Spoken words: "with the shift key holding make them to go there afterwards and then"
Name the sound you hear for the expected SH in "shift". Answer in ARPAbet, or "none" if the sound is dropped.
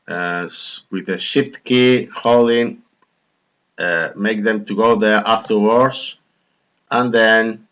SH